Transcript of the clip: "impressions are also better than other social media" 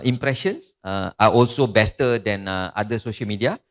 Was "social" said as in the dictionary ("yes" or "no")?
yes